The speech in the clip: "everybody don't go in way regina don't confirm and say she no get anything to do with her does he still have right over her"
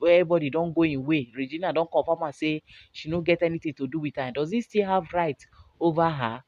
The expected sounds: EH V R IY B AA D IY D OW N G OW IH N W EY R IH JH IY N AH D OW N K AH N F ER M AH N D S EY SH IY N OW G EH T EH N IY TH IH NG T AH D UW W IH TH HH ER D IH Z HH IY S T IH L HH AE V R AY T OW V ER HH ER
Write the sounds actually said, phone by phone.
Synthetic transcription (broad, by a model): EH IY B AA D IY D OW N G OW IH N W EY R IH JH IY N AH D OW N K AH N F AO M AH S EY SH IY N OW G EH T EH N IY T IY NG T AH D UW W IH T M D IH Z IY S T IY L HH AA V R AY T OW V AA HH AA